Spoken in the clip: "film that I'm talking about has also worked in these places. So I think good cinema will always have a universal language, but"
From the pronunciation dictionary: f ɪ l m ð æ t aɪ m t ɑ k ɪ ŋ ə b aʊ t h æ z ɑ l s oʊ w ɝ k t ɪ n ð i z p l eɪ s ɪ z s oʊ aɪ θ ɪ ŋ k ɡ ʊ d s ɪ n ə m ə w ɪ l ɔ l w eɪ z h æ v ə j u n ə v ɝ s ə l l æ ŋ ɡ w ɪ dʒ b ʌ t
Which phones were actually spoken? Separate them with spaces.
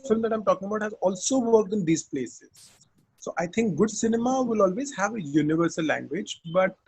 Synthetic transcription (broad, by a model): f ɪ l m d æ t aɪ m t ɑ k ɪ ŋ ə b aʊ t h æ z ɑ l s oʊ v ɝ k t ɪ n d i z p l eɪ s ɪ z s oʊ aɪ t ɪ ŋ k ɡ ʊ d s ɪ n ə m ə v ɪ l ɔ l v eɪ z h æ v ə j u n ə v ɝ s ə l l æ ŋ ɡ w ɪ dʒ b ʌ t